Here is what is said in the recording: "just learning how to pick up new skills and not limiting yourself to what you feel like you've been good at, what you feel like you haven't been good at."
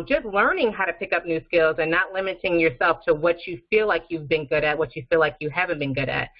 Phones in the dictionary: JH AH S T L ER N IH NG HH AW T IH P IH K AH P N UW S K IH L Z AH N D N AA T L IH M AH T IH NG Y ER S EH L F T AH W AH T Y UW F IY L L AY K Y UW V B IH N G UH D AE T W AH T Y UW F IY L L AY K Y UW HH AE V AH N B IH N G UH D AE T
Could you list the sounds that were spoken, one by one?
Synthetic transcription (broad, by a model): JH AH S T L ER N IH NG HH AW T IH P IH K AH P N UW S K IH L Z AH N N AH T L IH M AH T IH NG Y ER S EH L F T AH W AH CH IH F IY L L AY K Y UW V B IH N G UH D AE T W AH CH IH F IY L L AY K Y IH HH AE V AH N B IH N G UH D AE T